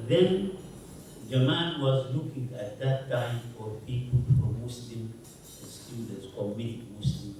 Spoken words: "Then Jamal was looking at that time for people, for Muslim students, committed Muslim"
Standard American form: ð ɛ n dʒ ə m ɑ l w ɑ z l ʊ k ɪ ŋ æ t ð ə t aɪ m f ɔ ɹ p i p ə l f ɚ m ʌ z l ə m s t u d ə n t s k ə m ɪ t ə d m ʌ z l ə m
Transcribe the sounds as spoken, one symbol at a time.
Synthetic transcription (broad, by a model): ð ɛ n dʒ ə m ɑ n w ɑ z l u k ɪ ŋ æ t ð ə t aɪ m f ɔ ɹ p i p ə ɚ m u s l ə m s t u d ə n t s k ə m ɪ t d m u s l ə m